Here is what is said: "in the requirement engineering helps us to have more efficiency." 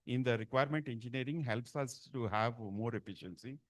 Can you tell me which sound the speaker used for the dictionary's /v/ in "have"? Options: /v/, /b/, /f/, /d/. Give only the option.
/v/